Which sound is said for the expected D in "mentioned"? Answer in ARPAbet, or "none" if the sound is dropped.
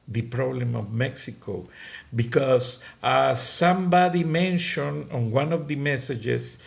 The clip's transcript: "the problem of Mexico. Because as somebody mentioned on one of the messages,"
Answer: none